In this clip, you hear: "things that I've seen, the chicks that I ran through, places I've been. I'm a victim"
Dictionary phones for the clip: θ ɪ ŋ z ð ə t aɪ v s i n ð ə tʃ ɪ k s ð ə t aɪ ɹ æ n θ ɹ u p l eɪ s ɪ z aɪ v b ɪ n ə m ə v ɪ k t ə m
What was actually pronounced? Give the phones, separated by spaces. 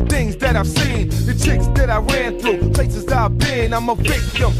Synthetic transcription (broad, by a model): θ ɪ ŋ z ð ə t aɪ v s i n ð ə tʃ ɪ k s ð ə t aɪ ɹ æ n θ ɹ u p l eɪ s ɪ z aɪ v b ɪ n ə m ə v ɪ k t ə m